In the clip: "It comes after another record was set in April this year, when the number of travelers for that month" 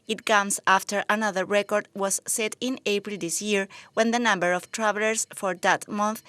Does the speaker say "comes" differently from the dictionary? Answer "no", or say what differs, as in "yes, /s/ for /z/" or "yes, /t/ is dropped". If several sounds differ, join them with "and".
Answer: yes, /s/ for /z/